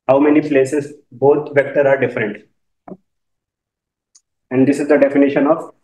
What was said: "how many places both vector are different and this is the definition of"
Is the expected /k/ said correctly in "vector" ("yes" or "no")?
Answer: yes